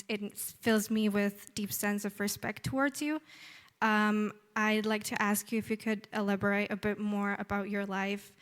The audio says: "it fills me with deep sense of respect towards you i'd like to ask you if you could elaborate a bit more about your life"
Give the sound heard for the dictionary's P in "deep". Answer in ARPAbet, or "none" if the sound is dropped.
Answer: P